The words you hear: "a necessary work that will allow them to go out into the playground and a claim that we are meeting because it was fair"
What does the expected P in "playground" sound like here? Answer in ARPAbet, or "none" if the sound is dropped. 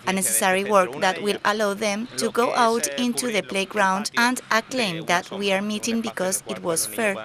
P